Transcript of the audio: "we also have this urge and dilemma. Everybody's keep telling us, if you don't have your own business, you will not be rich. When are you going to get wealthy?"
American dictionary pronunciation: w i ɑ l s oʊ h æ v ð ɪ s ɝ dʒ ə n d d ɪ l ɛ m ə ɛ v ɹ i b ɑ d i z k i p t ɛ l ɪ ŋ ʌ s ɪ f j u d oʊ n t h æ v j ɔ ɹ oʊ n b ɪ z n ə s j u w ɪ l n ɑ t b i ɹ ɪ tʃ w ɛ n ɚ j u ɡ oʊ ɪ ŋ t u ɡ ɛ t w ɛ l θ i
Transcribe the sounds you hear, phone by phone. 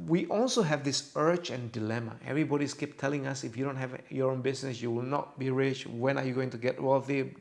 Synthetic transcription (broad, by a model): w i ɑ l s oʊ h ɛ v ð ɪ s ɝ tʃ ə n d d ɪ l ɛ m ə ɛ v ɹ i b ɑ d i s k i p t ɛ l ɪ ŋ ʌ s ɪ f j u d oʊ n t h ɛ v j ɔ ɹ oʊ n b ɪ s n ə s j u w ɪ l n ɑ t b i ɹ ɪ tʃ w ɛ n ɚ j u ɡ oʊ ɪ ŋ t u ɡ ɛ t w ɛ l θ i